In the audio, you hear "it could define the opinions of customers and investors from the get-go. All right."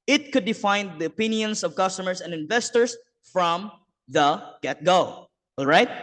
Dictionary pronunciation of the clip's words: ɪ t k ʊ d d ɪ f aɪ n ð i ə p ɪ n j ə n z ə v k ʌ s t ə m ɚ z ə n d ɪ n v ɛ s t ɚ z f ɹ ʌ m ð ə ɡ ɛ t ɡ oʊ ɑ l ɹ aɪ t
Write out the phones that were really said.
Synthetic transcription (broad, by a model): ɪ t k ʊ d d ɪ f aɪ n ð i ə p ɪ n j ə n s ə v k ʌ s t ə m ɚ s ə n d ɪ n v ɛ s t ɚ s f ɹ ʌ m ð ə ɡ ɛ t ɡ oʊ ɑ l ɹ aɪ t